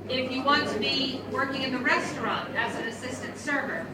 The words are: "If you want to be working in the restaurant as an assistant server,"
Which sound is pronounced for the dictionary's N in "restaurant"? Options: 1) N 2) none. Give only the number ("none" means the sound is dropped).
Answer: 1